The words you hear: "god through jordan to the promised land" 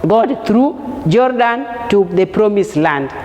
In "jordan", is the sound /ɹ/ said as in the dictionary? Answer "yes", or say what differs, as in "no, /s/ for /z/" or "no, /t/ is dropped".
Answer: yes